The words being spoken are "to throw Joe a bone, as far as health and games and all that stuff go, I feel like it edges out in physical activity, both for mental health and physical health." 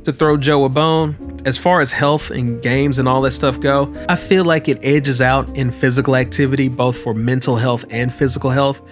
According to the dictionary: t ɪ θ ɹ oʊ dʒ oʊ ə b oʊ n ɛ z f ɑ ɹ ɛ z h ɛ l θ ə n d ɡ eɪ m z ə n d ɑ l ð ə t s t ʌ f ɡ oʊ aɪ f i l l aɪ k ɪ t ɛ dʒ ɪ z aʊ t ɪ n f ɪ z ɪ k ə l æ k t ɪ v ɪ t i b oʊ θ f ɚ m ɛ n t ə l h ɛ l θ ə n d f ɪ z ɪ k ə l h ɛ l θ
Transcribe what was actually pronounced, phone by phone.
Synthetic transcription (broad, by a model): t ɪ θ ɹ oʊ dʒ oʊ ə b oʊ n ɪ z f ɑ ɹ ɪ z h ɛ l θ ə n ɡ eɪ m z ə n ɑ l ð ə t s t ʌ f ɡ oʊ aɪ f i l l aɪ k ɪ t ɛ dʒ ɪ z aʊ t ɪ n f ɪ z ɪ k l æ k t ɪ v ɪ t i b oʊ θ f ɚ m ɛ n t l h ɛ l θ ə n f ɪ z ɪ k l h ɛ l θ